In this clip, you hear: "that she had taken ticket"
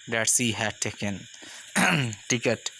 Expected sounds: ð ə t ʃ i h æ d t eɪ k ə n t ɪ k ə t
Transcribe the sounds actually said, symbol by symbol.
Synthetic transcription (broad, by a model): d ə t s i h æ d t eɪ k ə n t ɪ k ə t